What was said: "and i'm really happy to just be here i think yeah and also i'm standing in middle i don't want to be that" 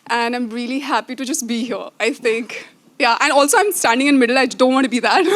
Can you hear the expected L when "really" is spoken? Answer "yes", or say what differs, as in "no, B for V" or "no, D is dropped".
yes